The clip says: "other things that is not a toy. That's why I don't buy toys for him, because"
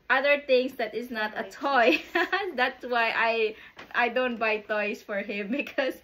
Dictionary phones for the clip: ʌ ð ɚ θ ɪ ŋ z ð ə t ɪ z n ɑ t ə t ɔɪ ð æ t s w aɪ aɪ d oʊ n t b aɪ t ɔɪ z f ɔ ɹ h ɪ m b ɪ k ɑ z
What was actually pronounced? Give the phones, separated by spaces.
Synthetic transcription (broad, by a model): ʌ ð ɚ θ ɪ ŋ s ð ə t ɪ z n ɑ t ə t ɔɪ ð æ t s w aɪ aɪ d oʊ n t b aɪ t ɔɪ s f ɔ ɹ h ɪ m b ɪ k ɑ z